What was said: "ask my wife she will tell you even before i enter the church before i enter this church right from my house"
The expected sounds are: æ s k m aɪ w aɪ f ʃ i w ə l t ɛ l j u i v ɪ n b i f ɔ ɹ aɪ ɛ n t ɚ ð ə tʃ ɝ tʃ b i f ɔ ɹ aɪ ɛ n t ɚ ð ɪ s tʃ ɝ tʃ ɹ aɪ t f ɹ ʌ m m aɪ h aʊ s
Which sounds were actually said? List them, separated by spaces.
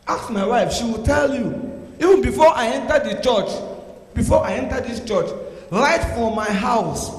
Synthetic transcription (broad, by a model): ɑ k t m aɪ w aɪ f ʃ i w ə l t ɛ l j u i v ɪ n b i f ɔ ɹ aɪ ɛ n t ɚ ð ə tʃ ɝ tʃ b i f ɔ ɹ aɪ ɛ n t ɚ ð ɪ s tʃ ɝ tʃ l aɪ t f ɹ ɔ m m aɪ h aʊ s